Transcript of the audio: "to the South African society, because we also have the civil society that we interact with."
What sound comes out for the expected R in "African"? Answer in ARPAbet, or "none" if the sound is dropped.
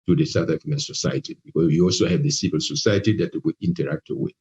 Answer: none